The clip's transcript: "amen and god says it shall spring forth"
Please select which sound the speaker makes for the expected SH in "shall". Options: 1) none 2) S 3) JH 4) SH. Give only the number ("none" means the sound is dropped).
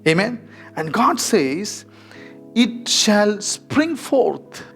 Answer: 4